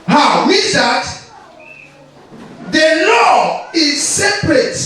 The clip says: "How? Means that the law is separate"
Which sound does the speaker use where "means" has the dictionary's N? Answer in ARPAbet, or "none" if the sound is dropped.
none